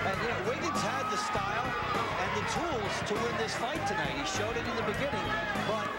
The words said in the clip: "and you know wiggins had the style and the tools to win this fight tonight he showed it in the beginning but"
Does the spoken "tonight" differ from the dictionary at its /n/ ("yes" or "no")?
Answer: yes